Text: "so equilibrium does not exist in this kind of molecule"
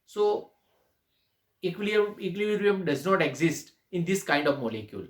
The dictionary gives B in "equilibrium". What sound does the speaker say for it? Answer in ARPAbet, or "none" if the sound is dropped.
none